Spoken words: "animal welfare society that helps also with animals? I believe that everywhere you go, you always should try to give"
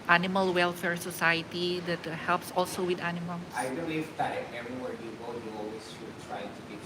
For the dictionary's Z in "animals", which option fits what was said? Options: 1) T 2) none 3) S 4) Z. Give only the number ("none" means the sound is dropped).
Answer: 2